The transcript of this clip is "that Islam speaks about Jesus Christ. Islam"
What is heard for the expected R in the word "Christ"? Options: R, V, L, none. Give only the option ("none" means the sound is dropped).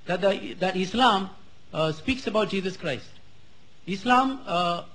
R